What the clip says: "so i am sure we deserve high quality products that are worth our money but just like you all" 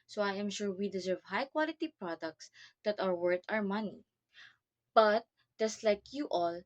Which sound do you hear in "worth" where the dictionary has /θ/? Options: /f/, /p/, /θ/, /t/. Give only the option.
/t/